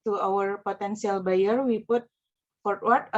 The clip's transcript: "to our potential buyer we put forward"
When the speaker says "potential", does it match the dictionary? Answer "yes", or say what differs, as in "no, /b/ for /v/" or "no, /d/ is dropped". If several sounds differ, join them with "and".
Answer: no, /s/ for /ʃ/